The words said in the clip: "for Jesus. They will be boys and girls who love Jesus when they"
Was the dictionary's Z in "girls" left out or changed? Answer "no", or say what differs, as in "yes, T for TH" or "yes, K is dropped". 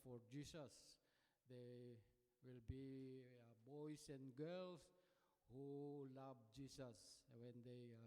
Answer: yes, S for Z